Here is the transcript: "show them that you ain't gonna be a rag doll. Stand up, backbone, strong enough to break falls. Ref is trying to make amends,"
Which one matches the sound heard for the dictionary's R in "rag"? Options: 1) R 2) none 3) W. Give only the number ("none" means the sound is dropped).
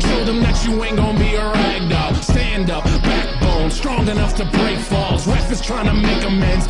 1